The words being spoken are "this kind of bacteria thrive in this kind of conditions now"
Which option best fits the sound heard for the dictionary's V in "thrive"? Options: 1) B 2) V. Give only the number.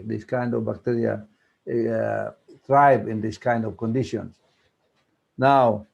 1